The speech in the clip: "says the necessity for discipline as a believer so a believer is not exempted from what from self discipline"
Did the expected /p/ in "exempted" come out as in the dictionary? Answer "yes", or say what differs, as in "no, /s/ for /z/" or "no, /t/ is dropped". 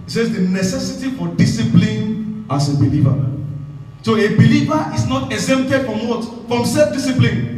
no, /p/ is dropped